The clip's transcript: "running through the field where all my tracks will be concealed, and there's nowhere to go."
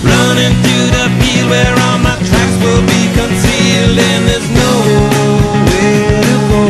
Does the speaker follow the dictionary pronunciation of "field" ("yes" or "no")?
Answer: no